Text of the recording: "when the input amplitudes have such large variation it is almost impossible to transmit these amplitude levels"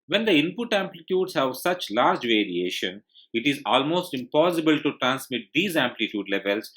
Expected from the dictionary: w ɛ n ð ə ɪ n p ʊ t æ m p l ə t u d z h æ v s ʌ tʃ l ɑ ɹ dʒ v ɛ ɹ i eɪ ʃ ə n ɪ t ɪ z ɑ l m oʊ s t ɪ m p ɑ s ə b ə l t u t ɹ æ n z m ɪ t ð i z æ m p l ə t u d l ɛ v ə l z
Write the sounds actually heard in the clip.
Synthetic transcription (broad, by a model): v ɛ n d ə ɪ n p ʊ t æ m p l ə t u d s h æ v s ʌ tʃ l ɑ ɹ dʒ v ɛ ɹ i eɪ ʃ ə n ɪ t ɪ z ɑ l m oʊ s t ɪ m p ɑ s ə b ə l t u t ɹ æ n s m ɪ t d i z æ m p l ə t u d l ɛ v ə l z